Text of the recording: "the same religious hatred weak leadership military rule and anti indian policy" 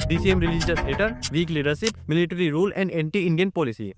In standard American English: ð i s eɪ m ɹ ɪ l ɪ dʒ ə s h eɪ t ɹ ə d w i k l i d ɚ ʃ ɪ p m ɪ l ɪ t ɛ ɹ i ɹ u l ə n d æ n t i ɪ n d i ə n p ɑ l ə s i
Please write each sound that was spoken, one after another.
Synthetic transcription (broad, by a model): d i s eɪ m ɹ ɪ l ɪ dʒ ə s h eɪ t ə d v i k l i d ɚ ʃ ɪ p m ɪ l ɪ t ɹ i ɹ u l ə n d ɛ n t i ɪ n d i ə n p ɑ l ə s i